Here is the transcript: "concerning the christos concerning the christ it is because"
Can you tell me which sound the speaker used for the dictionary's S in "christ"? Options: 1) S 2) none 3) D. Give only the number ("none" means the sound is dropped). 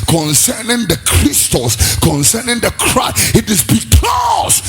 2